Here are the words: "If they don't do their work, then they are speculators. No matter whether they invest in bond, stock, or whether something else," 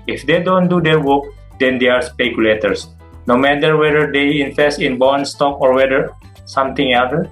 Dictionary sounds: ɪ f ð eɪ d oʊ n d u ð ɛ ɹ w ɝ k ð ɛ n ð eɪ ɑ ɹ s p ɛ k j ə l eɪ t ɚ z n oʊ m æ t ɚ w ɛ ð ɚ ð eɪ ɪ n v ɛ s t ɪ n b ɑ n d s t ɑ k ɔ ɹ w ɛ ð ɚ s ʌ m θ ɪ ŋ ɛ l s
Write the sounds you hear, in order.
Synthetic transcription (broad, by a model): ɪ f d eɪ d oʊ n d u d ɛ ɹ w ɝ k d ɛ n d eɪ ɑ ɹ s p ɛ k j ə l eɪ t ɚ s n oʊ m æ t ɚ w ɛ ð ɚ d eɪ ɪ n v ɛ s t ɪ n b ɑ n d s t ɑ k ɔ ɹ w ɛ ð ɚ s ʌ m t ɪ ŋ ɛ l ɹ